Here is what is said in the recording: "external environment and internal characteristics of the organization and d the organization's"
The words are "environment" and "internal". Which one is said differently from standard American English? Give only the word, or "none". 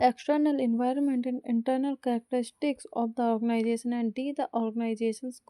none